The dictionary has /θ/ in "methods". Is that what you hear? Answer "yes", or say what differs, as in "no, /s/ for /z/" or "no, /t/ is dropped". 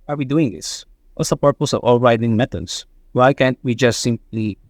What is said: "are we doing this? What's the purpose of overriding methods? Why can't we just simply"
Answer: no, /t/ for /θ/